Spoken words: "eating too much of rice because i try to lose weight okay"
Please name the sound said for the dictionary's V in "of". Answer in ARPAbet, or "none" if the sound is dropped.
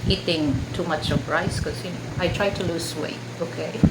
P